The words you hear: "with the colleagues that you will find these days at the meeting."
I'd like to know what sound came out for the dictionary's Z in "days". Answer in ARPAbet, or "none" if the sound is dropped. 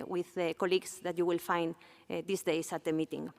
S